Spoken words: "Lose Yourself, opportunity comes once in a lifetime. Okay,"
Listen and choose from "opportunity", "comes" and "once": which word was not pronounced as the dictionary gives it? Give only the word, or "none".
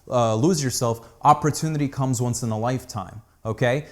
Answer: none